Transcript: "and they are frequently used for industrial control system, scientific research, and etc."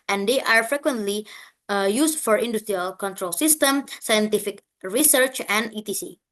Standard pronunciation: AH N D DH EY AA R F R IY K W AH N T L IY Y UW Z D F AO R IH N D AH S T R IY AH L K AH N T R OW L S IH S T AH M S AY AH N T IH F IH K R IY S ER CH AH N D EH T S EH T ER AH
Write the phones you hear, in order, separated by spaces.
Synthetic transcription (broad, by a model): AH N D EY AA R F R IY K W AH N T L IY Y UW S F AO R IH N D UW S T R IY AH L K AH N T R OW L S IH S T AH M S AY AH N T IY F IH K R IY S ER CH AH N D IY T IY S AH